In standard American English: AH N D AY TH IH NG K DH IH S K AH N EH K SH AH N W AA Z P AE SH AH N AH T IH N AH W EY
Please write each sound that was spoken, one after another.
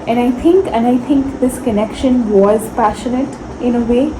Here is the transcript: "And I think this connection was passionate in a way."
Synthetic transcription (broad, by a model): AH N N AY T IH NG K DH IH S K AH N EH K SH AH N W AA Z P AE SH AH N AH T IH N AH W EY